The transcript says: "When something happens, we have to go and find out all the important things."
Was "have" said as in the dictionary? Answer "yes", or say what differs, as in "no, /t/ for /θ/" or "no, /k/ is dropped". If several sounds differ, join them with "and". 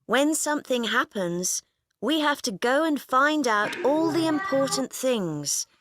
no, /f/ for /v/